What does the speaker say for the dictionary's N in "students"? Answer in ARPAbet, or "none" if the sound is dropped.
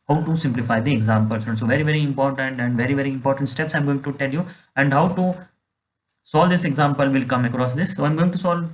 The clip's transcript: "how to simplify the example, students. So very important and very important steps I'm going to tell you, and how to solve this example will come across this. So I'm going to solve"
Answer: none